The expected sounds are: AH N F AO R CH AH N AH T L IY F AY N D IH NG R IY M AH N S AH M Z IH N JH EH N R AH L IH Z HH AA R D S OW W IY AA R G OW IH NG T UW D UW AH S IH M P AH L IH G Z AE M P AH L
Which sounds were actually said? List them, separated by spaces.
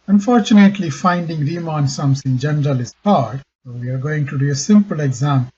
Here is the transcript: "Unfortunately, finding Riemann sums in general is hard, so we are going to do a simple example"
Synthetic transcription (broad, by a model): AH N F AO R CH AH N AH T L IY F AY N D IH NG R IY M AH N S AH M S IH N JH EH N R AH L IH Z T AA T S OW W IY AA R G OW IH NG T UW D UW AH S IH M P AH L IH G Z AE M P